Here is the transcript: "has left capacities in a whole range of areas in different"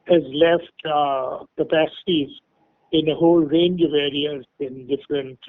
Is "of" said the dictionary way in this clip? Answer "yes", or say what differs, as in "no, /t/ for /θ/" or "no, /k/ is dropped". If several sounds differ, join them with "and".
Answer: yes